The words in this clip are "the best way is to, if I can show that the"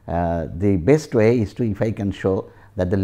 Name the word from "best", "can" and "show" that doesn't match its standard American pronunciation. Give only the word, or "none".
none